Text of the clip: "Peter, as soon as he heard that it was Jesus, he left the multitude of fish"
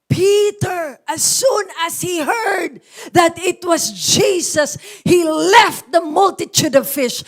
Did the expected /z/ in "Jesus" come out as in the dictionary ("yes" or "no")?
no